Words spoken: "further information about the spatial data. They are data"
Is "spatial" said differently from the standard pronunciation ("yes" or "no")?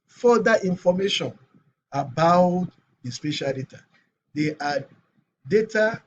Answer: no